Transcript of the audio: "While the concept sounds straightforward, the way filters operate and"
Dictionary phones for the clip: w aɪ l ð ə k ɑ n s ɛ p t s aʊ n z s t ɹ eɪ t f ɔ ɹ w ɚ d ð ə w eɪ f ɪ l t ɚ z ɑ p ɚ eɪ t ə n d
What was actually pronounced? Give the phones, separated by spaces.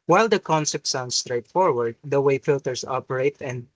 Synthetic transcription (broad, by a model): w aɪ l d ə k ɑ n s ɛ p t s aʊ n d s t ɹ eɪ t f ɔ ɹ w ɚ d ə w eɪ f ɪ l t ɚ s ɑ p ɚ eɪ t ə n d